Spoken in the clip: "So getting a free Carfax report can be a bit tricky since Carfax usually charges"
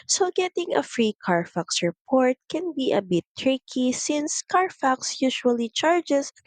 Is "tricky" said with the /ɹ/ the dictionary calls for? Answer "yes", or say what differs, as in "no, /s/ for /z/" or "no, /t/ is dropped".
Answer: yes